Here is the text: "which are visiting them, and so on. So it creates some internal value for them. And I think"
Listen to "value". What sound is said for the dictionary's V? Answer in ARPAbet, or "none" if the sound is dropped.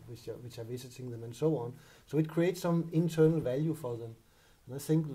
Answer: V